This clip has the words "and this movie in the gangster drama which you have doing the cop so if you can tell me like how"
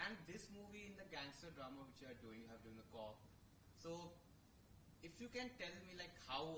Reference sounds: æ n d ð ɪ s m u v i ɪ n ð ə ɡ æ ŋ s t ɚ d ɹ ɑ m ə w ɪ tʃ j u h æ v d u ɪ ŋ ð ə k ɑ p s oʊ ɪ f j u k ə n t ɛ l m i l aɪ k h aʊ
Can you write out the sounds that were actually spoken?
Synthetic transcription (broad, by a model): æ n d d ɪ s m u v i ɪ n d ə ɡ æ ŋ s t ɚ d ɹ ɑ m ə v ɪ tʃ j u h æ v d u ɪ ŋ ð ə k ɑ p s oʊ ɪ f j u k ə n t ɛ l m i l aɪ k h aʊ